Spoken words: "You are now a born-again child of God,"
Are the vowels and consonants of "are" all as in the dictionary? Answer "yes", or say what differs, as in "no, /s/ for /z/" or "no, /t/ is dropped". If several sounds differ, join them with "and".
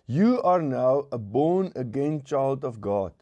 yes